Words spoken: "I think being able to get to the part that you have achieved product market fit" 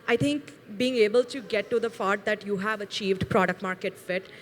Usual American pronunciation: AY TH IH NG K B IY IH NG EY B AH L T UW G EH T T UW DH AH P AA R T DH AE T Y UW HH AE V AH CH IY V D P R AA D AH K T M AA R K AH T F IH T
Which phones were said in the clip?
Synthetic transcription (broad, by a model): AY T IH NG K B IY IH NG EY B AH L T UW G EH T T UW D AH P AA R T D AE T Y UW HH AE V AH CH IY V D P R AA D AH K T M AA R K AH T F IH T